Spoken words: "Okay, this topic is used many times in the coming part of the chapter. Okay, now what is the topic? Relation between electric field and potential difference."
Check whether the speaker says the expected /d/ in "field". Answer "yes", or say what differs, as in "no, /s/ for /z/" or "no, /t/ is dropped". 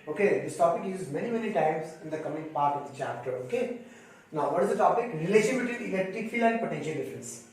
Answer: no, /d/ is dropped